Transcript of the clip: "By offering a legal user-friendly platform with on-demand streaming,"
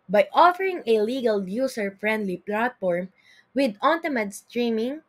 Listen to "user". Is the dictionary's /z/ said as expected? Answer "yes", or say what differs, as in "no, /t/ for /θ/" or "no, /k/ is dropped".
no, /s/ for /z/